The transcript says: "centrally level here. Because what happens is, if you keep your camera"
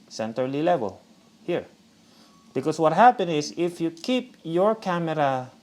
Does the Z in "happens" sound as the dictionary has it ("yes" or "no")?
no